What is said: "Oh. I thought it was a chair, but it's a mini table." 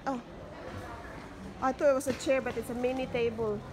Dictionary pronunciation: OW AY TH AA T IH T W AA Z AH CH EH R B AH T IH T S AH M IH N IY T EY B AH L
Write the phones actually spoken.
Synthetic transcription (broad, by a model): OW AY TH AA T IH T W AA S AH CH EH R B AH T IH T S AH M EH N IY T EY B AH L